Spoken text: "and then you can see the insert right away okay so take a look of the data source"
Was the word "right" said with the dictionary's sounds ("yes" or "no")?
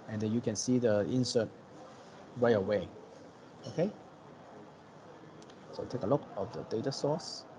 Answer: no